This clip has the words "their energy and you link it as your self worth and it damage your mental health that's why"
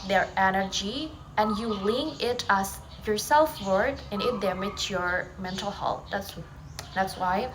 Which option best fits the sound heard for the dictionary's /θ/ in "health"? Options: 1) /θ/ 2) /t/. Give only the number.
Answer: 2